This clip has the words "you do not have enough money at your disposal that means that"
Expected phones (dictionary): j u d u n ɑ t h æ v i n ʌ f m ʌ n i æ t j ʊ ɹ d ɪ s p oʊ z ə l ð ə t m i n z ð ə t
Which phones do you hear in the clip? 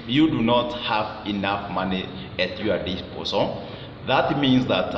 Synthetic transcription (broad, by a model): j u d u n ɑ t h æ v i n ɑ f m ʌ n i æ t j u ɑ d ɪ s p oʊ s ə ð ə t m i n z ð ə t